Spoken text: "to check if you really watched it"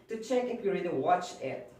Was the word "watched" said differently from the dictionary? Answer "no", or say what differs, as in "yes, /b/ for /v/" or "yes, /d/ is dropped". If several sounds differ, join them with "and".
yes, /t/ is dropped